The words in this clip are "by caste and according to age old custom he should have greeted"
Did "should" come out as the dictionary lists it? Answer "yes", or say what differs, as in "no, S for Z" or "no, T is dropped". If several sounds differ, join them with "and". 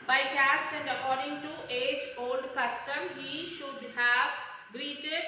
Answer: yes